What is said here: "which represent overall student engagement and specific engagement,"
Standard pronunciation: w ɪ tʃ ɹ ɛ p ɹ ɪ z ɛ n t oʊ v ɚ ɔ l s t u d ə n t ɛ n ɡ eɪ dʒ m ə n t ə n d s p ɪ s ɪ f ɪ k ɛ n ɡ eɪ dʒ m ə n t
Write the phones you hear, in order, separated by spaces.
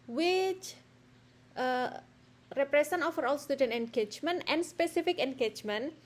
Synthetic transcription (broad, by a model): w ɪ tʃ ɹ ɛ p ɹ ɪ s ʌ n oʊ f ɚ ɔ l s t u d ə n t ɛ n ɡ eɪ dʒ m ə n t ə n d s p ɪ s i f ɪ k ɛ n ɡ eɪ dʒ m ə n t